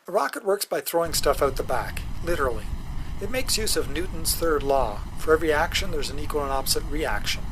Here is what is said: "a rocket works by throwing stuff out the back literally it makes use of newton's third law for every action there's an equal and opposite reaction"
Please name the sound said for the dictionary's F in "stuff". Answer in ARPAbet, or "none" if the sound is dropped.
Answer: F